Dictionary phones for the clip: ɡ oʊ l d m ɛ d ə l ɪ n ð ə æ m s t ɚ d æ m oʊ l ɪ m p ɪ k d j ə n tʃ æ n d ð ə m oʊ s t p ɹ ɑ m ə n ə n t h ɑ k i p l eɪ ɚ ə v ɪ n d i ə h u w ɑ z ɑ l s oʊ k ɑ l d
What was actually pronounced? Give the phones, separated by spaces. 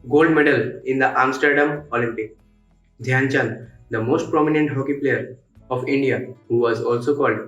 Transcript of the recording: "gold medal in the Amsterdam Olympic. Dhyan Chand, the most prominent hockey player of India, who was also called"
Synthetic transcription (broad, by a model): ɡ oʊ l d m ɛ d ə l ɪ n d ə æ m s t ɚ d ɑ m oʊ l ɪ m p ɪ k d j ə n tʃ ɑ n d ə m oʊ s t p ɹ ɑ m ə n ə n t h ɑ k i p l eɪ ɚ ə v ɪ n d i ə h u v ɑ z ɑ l s oʊ k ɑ l d